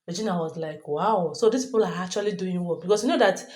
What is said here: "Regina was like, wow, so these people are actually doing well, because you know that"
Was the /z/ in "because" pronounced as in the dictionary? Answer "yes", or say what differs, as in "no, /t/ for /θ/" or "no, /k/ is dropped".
no, /s/ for /z/